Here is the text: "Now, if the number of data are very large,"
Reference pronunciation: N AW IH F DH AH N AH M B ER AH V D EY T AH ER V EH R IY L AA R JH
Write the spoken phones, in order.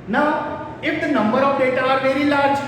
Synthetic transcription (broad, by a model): N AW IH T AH N AH M B ER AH P D EY T AH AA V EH R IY L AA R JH